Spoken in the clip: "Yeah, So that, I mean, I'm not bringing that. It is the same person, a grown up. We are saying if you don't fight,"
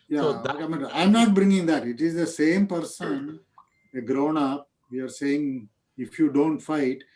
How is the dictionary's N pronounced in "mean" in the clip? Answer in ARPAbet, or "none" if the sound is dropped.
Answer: none